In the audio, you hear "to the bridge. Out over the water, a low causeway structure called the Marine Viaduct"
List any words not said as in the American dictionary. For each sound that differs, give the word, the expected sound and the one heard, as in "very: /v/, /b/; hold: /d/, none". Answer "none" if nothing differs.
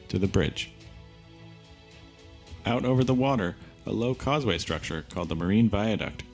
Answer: none